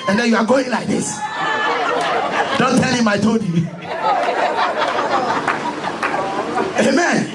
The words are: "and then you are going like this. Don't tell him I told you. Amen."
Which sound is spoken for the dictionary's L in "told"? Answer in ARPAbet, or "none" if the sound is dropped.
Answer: none